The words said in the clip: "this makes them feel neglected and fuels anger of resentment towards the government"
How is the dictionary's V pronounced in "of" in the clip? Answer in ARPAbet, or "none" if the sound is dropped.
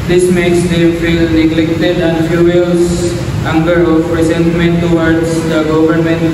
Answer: P